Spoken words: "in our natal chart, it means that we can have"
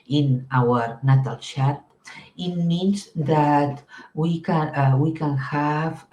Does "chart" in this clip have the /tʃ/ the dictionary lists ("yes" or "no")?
no